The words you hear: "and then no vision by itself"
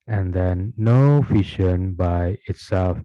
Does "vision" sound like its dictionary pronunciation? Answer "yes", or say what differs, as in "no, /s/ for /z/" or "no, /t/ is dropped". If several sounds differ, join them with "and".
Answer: no, /f/ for /v/ and /ʃ/ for /ʒ/